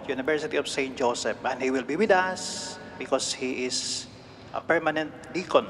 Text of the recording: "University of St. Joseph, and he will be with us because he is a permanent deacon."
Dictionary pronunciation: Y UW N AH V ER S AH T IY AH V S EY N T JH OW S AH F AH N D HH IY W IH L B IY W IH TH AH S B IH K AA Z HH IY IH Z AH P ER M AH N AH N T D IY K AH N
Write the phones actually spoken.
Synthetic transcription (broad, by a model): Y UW N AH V ER S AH T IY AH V S EY N T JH OW S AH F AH N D HH IY W IH L B IY W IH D AH S B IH K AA S HH IY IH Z AH P ER M AH N AH N T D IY K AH N